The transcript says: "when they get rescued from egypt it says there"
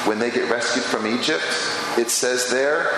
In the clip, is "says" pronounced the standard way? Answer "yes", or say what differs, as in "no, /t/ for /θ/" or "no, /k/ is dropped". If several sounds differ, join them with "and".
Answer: yes